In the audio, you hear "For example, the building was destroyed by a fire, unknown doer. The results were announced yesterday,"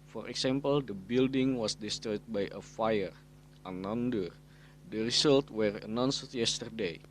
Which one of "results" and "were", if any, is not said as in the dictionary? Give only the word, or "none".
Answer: results